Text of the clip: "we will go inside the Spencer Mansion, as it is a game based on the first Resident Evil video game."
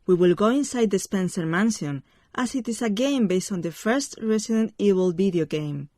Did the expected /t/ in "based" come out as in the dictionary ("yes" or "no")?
yes